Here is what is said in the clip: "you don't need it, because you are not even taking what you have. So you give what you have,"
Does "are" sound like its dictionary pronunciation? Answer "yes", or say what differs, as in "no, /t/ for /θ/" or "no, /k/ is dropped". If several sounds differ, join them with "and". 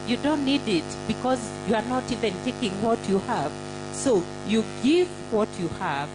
yes